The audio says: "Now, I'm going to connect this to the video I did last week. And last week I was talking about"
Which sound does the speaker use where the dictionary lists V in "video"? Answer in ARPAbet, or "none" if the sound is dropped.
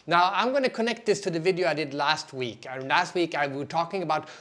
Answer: V